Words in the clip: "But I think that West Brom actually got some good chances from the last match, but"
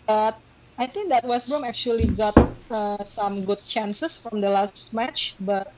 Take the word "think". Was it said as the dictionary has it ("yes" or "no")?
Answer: no